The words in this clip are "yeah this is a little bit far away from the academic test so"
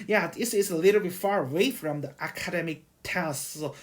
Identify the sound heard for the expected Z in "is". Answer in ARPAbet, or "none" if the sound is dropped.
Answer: S